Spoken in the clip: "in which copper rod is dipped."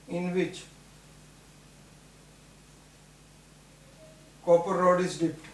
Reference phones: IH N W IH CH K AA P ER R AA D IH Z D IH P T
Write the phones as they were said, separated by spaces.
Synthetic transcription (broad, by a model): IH N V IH CH K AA P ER R AA D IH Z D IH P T